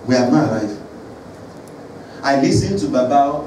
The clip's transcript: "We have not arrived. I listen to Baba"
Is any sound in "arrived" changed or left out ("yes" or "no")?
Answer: yes